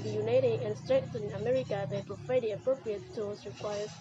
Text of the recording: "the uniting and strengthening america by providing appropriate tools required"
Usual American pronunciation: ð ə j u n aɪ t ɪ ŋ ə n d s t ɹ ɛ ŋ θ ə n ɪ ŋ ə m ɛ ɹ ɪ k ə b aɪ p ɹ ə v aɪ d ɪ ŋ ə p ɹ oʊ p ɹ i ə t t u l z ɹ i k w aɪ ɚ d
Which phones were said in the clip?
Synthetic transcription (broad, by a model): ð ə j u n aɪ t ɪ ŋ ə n s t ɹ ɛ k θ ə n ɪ ə m ɛ ɹ ɪ k ə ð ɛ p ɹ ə f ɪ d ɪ ə p ɹ oʊ p ɹ i ə t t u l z ɹ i k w aɪ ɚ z